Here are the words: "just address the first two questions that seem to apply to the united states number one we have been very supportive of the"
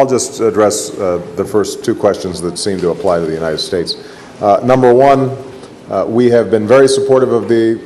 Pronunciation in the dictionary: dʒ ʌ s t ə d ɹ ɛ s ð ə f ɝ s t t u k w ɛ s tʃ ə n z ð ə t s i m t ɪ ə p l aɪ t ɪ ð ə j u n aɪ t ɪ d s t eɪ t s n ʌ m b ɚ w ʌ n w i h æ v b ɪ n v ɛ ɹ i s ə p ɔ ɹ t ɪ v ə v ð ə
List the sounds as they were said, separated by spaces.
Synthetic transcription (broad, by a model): dʒ ʌ s t ə d ɹ ɛ s ð ə f ɝ s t t u k w ɛ s tʃ ə n z ð ə t s i m t ɪ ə p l aɪ t ɪ ð ə j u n aɪ t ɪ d s t eɪ t s n ʌ m b ɚ w ʌ n w i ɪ v b ɪ n v ɛ ɹ i s ə p ɔ ɹ t ɪ v ə v ð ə